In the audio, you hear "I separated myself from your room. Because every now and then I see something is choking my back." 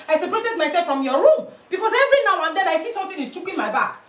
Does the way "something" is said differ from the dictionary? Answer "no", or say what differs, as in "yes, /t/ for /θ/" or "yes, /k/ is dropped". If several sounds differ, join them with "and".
yes, /t/ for /θ/